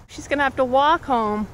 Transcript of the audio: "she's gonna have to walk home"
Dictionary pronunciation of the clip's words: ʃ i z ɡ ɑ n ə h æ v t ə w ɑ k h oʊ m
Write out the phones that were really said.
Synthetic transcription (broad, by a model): ʃ i z ɡ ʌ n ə h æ f t ə w ɑ k h oʊ m